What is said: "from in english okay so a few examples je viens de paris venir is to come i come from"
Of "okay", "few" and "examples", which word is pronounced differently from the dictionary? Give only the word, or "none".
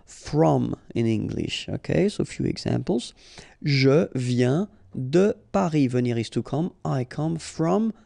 examples